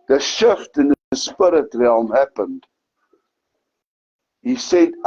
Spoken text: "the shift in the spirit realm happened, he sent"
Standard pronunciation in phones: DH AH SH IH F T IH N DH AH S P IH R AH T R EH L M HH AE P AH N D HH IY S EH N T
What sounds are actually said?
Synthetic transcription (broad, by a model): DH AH SH IH F T IH N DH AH S P IH R AH T R EH L M HH AE P AH N D HH IY S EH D